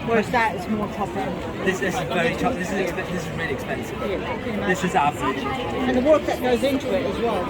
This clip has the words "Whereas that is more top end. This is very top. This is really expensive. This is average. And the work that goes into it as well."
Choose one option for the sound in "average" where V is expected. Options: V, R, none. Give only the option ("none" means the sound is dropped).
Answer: none